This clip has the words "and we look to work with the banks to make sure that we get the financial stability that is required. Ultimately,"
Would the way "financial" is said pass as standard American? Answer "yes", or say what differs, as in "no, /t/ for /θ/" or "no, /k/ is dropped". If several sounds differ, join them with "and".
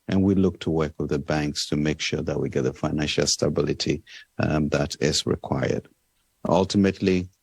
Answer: yes